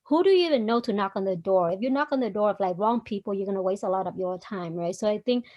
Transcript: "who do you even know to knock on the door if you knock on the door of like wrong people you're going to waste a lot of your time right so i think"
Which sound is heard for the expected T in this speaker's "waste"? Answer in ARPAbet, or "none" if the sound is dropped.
T